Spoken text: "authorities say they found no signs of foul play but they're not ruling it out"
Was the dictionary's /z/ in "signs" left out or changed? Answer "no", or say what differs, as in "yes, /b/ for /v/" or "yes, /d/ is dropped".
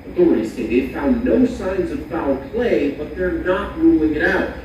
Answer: no